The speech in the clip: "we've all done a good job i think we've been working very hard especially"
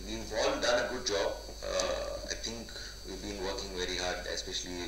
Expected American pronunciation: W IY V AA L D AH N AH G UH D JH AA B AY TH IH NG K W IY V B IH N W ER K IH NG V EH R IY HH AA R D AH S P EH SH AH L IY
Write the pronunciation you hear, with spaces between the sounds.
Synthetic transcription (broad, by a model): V IY V AA L D AH N AH G UH D JH AA B AY T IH NG K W IY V B IH N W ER K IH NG V EH R IY HH AA R D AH S P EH SH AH L IY